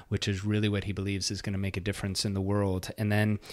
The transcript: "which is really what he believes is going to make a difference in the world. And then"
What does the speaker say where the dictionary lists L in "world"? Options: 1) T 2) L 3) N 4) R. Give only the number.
2